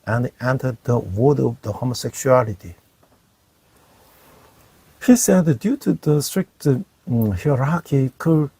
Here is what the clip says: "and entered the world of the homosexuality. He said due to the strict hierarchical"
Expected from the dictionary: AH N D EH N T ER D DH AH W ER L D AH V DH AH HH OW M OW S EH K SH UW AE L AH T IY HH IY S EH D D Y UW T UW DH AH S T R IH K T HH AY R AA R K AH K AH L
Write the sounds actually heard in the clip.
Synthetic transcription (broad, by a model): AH N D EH N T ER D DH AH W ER D AH V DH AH HH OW M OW S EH K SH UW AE L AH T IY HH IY S EH D D Y UW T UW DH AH S T R IH K T HH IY R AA K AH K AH